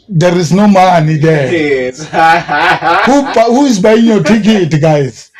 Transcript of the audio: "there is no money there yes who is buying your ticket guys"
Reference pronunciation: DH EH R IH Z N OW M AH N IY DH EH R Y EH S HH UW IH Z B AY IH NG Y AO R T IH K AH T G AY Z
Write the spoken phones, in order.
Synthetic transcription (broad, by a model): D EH R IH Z N OW M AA N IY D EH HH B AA HH UW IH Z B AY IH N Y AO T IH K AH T G AY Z